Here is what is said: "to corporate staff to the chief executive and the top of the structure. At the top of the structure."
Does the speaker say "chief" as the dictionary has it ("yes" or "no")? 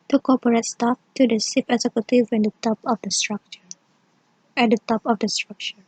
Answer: no